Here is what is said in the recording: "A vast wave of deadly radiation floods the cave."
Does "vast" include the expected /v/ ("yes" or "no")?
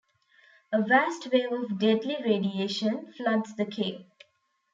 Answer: yes